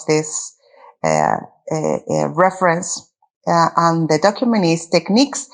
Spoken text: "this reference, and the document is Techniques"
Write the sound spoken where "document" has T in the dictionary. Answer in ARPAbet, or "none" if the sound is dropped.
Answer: none